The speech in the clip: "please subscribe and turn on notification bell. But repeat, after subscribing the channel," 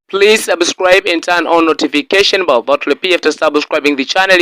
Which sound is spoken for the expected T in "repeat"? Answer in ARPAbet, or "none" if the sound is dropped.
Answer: none